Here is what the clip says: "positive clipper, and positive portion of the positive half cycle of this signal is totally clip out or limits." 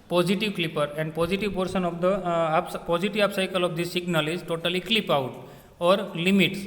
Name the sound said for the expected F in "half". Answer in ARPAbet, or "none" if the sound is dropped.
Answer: P